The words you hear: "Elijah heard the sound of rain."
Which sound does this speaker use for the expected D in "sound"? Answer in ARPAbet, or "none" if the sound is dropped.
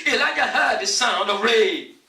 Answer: D